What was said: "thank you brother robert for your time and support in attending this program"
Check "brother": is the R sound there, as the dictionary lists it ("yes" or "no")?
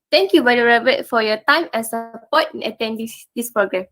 no